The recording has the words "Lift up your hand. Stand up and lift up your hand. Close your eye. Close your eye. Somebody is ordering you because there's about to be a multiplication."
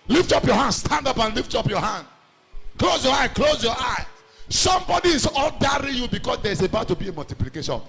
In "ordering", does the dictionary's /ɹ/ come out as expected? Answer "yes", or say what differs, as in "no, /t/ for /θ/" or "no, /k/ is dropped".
no, /l/ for /ɹ/